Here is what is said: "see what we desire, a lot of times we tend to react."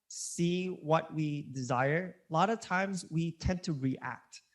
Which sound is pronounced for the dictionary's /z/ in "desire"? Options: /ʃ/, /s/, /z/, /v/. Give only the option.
/z/